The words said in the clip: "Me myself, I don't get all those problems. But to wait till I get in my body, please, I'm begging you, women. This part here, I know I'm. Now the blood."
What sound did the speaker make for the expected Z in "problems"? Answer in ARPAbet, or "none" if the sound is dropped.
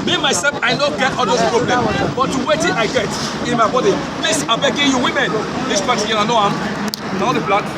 none